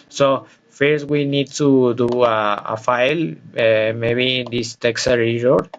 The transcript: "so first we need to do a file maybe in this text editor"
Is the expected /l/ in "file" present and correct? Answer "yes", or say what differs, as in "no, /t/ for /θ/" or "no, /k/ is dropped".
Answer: yes